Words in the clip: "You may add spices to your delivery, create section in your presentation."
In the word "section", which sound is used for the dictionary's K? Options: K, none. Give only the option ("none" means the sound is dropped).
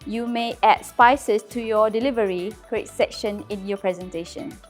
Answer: K